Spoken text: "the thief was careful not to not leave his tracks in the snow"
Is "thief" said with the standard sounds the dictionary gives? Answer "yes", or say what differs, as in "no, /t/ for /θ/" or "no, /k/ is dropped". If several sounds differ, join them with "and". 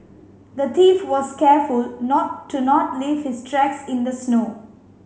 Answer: no, /t/ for /θ/